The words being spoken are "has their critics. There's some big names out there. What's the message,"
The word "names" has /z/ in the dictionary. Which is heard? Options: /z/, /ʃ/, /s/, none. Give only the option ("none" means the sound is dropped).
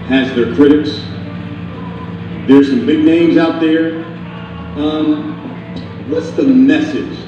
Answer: /z/